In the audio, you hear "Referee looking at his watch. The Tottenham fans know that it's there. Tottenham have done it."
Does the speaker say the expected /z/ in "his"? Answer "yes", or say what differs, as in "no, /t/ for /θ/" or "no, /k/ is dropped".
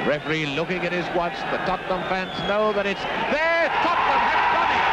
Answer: yes